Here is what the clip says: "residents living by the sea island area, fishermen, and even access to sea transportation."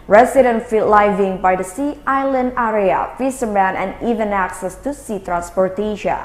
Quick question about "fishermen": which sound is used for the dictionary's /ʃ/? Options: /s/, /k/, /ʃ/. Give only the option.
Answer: /s/